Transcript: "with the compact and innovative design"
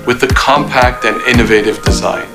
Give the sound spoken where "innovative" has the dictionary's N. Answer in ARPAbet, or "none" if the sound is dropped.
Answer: N